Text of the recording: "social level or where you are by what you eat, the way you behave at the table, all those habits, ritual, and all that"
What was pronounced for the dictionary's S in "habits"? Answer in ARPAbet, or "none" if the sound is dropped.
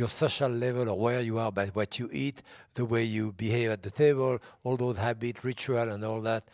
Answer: none